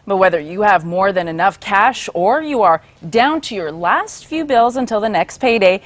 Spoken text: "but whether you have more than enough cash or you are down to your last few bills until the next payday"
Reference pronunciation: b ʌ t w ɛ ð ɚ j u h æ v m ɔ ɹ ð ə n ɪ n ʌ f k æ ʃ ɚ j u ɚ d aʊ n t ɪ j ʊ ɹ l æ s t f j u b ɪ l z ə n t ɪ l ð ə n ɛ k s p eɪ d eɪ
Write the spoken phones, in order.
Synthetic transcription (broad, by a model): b ʌ t w ɛ ð ɚ j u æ v m ɔ ɹ ð ə n ɪ n ʌ f k æ ʃ ɚ j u ɚ d aʊ n t ɪ j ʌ ɹ l æ s t f j u b ɪ l z ə n t ɪ l ð ə n ɛ k s p eɪ d eɪ